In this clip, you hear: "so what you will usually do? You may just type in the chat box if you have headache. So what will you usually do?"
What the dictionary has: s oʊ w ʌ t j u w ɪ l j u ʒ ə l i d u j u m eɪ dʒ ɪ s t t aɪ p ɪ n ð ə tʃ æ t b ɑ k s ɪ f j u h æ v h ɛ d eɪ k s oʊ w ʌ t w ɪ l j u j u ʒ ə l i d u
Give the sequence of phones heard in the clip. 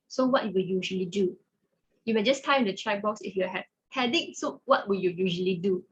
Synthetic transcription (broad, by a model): s oʊ w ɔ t j u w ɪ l j u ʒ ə l i d u j u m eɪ dʒ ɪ s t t aɪ ɪ n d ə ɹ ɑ b ɑ k s ɪ f j u h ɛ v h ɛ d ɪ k s oʊ w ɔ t w ɪ l j u j u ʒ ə l i d u